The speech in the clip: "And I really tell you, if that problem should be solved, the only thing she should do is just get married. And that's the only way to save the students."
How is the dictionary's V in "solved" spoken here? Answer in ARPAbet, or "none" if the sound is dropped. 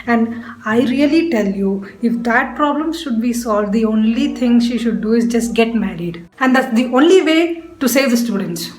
V